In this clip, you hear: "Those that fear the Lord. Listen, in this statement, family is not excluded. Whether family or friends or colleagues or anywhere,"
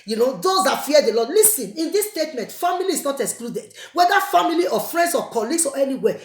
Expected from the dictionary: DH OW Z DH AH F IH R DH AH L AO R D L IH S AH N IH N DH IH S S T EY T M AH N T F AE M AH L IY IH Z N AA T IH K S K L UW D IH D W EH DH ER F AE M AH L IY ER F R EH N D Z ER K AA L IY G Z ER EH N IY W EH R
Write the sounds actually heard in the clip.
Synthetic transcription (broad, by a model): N OW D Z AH F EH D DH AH L AO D L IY S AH N IH N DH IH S S T EY T M AH N T F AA M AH L IY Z N AA T IH K S K L UW D IH D W EH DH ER F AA M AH L IY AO F R EH N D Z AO K AA L IY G S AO EH N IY W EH